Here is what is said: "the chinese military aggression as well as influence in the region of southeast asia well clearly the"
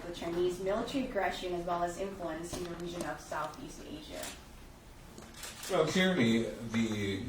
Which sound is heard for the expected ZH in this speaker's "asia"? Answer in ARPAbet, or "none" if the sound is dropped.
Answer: ZH